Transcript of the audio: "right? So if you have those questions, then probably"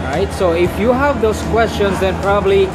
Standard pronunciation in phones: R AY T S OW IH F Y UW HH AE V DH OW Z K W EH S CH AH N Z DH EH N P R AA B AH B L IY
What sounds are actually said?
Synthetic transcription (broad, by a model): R AY T S OW IH F Y UW HH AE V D OW S K W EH S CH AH N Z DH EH N P R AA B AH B L IY